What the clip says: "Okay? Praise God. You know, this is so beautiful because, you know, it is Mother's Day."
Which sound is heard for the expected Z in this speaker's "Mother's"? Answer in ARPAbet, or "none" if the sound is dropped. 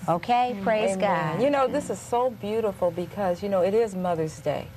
Z